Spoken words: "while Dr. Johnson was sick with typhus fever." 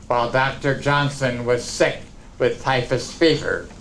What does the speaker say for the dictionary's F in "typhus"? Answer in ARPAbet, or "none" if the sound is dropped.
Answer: F